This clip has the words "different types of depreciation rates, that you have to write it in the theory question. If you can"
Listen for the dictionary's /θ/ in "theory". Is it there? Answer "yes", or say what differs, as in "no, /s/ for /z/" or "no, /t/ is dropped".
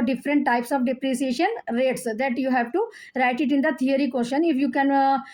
no, /t/ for /θ/